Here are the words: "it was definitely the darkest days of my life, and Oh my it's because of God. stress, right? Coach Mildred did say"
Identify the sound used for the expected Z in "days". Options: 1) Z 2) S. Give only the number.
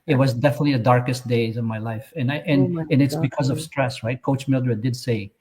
1